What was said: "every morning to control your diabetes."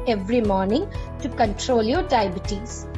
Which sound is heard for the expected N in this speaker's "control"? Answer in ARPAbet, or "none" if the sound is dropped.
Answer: N